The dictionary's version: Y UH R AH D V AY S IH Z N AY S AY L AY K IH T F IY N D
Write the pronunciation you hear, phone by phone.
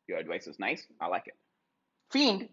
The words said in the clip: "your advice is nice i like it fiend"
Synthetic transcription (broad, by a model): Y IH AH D W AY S IH Z N AY S AY L AY K IH T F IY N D